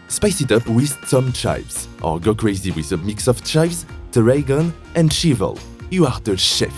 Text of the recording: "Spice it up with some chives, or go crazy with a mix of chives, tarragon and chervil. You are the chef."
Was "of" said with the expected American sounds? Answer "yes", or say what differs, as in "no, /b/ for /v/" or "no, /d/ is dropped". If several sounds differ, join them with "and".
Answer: no, /f/ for /v/